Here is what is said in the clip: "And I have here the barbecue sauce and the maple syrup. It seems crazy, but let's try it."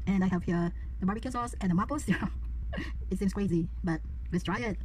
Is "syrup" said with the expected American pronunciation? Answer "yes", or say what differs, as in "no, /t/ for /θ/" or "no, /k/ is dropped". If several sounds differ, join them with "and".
no, /p/ is dropped